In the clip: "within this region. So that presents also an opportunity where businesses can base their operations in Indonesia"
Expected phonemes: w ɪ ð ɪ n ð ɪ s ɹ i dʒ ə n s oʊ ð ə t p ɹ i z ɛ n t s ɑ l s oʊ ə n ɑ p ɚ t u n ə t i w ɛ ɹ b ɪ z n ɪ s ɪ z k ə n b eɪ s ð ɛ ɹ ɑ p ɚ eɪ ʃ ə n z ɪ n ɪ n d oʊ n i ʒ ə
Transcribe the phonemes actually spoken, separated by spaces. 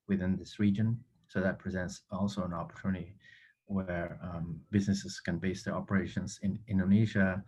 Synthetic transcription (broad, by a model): w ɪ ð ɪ n ð ɪ s ɹ i dʒ ə n s oʊ ð ə t p ɹ i z ɛ n t s ɑ l s oʊ ə n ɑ p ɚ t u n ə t i w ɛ ɹ b ɪ z n ɪ s ɪ z k ə n b eɪ s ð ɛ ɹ ɑ p ɚ eɪ ʃ ə n z ɪ n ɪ n d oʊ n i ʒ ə